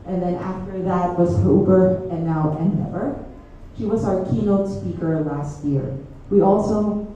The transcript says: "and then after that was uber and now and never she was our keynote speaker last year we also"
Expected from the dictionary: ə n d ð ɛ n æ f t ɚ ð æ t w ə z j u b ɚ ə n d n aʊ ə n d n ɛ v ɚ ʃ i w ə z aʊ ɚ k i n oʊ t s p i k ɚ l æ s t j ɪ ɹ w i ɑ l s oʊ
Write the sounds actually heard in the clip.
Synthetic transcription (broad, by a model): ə n ð ɛ n æ f t ɚ ð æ t w ə z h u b ɚ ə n n aʊ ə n n ɛ v ɚ ʃ i w ə z aʊ ɚ k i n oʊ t s p i k ɚ l æ s t j ɪ ɹ w i ɑ l s oʊ